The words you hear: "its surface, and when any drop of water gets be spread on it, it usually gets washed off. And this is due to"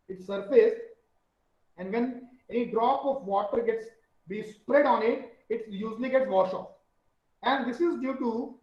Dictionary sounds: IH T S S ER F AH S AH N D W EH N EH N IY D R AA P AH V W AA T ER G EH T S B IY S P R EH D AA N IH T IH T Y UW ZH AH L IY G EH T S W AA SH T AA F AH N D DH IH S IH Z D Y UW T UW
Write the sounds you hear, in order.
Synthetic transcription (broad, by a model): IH T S S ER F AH S AH N D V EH N EH N IY D R AA P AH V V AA T ER G EH T S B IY S P R EH D AA N IH T IH T Y UW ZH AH L IY G EH T S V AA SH AA F AH N D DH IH S IH Z D Y UW T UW